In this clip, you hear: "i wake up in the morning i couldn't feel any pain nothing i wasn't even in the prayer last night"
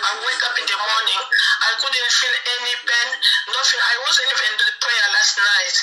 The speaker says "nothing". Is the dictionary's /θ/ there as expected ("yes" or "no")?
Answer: no